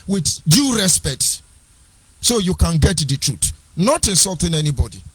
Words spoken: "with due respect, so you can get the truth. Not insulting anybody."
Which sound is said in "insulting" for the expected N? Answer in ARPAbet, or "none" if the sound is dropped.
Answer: none